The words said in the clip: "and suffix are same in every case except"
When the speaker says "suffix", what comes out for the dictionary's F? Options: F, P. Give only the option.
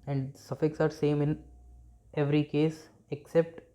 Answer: F